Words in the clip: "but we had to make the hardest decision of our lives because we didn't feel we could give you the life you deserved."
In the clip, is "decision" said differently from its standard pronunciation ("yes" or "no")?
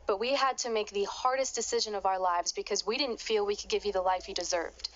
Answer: no